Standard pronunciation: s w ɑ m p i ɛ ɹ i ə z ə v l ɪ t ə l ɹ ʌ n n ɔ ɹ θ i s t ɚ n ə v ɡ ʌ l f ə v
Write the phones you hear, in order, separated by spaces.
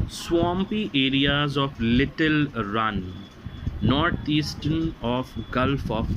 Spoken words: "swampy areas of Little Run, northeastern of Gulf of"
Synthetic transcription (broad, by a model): s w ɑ m p i ɛ ɹ i ə z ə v l ɪ t ə l ɹ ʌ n n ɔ ɹ t i s t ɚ n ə f ɡ ʌ l f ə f